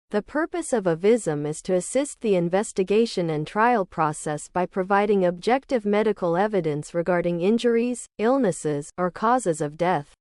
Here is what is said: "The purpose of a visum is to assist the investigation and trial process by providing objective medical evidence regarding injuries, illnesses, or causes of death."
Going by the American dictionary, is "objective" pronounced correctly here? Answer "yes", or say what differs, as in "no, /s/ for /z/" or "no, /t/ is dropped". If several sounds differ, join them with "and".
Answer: yes